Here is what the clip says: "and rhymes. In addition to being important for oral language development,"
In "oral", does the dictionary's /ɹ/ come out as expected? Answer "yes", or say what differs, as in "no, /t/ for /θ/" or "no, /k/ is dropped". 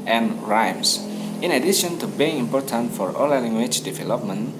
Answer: no, /l/ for /ɹ/